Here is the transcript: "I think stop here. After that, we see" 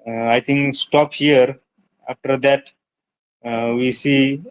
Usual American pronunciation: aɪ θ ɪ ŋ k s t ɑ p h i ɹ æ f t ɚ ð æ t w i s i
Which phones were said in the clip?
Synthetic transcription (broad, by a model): aɪ t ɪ ŋ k s t ɑ p h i ɹ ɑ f t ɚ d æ t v i s i